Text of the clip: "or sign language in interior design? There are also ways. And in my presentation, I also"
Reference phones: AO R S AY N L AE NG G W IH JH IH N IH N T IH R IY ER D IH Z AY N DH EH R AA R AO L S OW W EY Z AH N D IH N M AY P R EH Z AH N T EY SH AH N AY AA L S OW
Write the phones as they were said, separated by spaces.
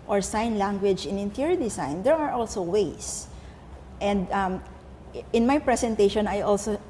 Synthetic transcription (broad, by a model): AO R S AY N L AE NG G W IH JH IH N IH N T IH R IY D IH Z AY N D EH R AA R AO L S OW W EY S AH N D IH N M AY P R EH S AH N T EY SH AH N AY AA L S OW